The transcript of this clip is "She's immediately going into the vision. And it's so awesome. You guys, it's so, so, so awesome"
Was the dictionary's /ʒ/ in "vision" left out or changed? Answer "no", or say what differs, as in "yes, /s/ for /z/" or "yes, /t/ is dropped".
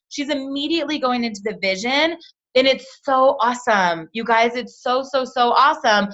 no